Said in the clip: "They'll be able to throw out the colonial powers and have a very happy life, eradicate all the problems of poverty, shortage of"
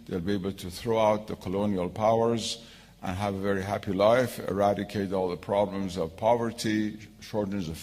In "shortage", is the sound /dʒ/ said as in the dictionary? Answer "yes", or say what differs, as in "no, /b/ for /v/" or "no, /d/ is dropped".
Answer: no, /z/ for /dʒ/